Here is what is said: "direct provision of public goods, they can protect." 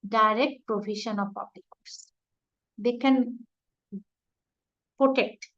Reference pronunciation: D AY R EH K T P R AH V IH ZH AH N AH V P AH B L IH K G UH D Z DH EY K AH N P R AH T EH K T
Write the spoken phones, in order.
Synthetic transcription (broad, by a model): D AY R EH K T P R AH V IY SH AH N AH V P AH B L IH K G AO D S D EY K AH N P R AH T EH K T